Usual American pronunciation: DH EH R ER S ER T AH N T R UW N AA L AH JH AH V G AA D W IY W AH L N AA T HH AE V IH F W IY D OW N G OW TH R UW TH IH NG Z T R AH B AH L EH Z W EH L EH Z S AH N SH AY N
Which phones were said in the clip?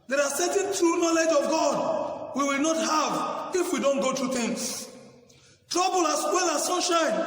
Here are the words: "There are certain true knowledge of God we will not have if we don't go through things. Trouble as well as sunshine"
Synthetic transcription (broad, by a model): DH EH R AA S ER T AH N T R UW N AA L AH JH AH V G AA D W IY W AH L N AA T HH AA V IH F W IY D OW N G OW T R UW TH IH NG S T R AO B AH L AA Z W EH L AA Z S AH N SH AY N